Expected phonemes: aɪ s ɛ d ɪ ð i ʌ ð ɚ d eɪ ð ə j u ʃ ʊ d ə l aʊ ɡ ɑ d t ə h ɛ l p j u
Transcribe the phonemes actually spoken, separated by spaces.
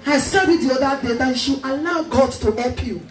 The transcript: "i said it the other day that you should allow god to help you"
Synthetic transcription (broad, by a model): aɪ s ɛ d ɪ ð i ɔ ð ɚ d eɪ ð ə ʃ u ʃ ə n aʊ ɡ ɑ t ə h ɛ l p j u